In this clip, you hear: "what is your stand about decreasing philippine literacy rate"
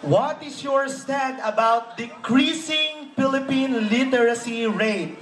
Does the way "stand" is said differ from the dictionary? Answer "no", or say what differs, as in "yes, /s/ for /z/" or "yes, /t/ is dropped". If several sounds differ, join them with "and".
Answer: yes, /n/ is dropped